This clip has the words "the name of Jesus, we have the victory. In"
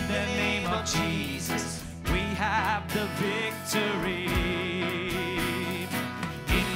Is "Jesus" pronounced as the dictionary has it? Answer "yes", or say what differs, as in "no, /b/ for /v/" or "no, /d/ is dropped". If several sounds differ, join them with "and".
yes